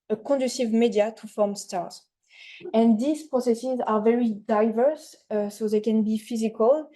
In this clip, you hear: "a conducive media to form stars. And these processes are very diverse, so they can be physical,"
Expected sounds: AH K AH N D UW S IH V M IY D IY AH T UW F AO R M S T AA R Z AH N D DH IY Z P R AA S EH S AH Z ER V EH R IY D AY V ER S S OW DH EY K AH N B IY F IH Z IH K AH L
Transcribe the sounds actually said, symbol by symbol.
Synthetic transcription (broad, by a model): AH K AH D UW S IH V M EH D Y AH T UW F AO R M S T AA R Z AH N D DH IY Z P R AA S EH S AH Z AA V EH R IY D AY V ER S S OW DH EY K AH N B IY F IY Z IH K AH L